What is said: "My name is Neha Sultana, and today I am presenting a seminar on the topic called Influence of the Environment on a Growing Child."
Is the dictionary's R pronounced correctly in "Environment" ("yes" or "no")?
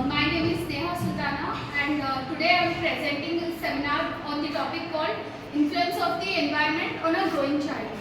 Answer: no